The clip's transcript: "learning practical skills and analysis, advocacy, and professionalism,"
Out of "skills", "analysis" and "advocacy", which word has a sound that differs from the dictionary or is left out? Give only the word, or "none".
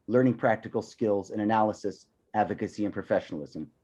none